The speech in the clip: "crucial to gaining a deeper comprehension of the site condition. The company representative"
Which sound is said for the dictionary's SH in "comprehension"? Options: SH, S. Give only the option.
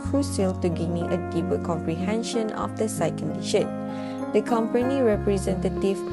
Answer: SH